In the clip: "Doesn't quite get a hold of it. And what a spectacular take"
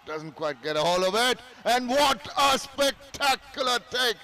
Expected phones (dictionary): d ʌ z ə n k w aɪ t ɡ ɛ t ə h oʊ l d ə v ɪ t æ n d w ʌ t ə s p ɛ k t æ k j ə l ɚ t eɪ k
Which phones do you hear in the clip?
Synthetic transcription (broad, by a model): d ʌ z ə n k w aɪ t ɡ ɛ t ə h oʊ l ə v ɪ t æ n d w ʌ t ə s p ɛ k t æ k j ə l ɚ t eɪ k